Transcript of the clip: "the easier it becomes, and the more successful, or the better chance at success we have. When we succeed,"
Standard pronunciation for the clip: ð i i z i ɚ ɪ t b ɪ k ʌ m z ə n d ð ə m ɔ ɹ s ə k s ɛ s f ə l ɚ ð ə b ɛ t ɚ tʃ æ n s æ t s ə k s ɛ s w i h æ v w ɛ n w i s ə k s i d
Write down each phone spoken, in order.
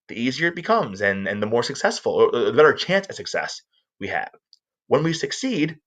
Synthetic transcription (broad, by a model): ð i i z i ɚ ɪ t b ɪ k ʌ m z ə n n ð ə m ɔ ɹ s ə k s ɛ s f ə l ɚ ð ə b ɛ t ɚ tʃ æ n s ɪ s ə k s ɛ s w i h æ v w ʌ n w i s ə k s i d